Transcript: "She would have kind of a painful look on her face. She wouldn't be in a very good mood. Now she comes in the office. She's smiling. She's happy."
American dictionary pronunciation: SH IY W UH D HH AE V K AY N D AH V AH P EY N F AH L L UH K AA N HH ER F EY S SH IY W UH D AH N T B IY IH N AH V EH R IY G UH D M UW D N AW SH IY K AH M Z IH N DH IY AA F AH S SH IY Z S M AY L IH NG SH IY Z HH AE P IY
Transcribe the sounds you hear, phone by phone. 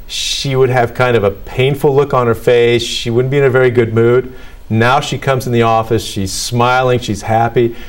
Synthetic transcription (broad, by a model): SH IY W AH D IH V K AY N D AH V AH P EY N F L L UH K N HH ER F EY S SH IY W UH D N B IY IH N AH V EH R IY G UH D M UW D N AW SH IY K AH M Z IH N DH IY AA F AH S SH IY Z S M AY L IH NG SH IY Z HH AE P IY